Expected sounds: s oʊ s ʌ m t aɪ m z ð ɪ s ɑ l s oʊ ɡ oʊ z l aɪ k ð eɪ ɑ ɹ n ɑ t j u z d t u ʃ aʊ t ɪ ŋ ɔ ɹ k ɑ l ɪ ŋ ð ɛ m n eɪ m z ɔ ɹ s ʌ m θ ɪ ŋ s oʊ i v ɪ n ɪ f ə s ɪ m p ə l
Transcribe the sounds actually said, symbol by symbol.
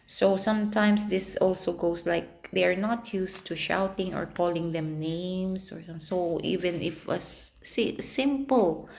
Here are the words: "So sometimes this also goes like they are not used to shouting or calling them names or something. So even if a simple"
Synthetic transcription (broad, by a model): s oʊ s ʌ m t aɪ m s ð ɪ s ɑ l s oʊ ɡ oʊ s l aɪ k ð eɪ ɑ ɹ n ɑ t j u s t u ʃ aʊ t ɪ ŋ ɔ ɹ k ɑ l ɪ ŋ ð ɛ m n eɪ m s ɔ ɹ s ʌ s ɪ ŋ i v ɪ n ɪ f ə s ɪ m p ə l